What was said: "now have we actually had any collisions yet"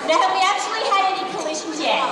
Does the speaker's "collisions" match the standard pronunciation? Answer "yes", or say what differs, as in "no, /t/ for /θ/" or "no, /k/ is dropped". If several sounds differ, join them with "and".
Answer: no, /ʃ/ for /ʒ/